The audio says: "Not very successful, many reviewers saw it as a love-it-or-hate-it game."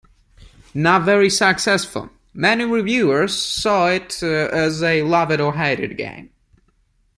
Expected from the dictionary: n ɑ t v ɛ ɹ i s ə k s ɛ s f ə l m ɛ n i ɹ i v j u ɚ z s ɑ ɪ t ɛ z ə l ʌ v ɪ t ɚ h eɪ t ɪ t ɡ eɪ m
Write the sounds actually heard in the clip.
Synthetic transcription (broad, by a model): n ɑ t v ɛ ɹ i s ə k s ɛ s f ə l m ɛ n i ɹ i v j u ɚ z s ɑ ɪ t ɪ z ə l ʌ v ɪ t ɚ h eɪ t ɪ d ɡ eɪ m